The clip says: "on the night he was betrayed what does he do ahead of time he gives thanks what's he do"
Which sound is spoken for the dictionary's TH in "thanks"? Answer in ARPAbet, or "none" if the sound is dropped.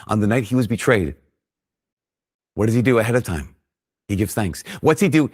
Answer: TH